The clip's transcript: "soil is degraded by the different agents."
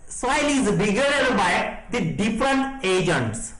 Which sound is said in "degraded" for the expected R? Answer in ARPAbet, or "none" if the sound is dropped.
none